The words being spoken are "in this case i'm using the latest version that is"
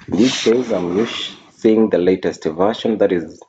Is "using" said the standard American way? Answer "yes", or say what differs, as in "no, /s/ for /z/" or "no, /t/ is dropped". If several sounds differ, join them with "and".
no, /s/ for /z/